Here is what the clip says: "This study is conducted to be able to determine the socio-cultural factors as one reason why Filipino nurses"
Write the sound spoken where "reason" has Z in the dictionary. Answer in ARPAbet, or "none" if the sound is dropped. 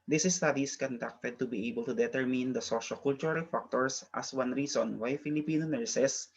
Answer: S